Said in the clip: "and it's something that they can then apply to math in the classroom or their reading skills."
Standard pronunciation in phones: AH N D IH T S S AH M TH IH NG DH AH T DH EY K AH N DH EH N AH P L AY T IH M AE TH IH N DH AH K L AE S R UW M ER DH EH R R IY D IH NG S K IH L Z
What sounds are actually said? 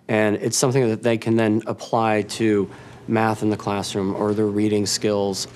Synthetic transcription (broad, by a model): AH N IH T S S AH M TH IH NG DH AH T DH EY K AH N DH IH N AH P L AY T IH M AE TH IH N DH AH K L AE S R UW M ER DH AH R R IY D IH NG S K IH L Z